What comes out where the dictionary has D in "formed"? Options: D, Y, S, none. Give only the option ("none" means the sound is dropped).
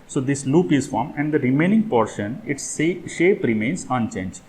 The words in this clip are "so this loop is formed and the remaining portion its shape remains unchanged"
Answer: none